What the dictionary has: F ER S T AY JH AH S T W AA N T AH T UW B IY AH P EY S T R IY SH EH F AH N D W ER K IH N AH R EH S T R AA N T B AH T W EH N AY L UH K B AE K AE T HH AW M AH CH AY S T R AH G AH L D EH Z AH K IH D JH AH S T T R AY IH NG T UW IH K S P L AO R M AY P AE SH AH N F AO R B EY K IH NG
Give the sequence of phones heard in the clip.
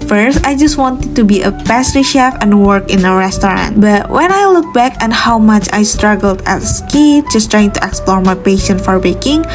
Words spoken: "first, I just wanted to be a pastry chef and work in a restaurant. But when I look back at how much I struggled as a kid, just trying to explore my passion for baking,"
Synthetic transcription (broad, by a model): F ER S T AY JH AH S T W AA N T AH T UW B IY AH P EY S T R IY SH EH F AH N W ER K IH N AH R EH S T R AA N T B AH T W EH N AY L UH K B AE K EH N HH AW M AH CH AY S T R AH G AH L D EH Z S K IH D JH AH S T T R AY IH NG T UW IH K S P L AO R M AY P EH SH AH N F AO R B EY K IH NG